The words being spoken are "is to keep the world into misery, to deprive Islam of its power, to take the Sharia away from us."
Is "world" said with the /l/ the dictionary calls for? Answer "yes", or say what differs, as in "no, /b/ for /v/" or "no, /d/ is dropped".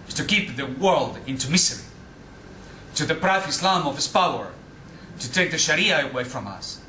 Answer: yes